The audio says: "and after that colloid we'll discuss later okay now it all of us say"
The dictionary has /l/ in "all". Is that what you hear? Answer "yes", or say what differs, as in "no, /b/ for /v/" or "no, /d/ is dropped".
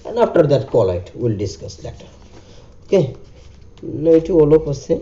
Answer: yes